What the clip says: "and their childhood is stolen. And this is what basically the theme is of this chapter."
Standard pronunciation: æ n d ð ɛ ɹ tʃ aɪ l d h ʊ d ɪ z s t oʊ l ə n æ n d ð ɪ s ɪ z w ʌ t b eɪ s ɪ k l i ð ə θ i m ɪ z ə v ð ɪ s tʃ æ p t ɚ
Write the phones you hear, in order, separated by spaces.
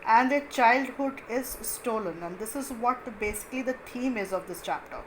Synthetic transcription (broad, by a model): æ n d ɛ tʃ aɪ l d h ʊ d ɪ z s t oʊ l ə n æ n d ɪ s ɪ z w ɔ t b eɪ s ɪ k l i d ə t i m ɪ z ə v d ɪ s tʃ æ p t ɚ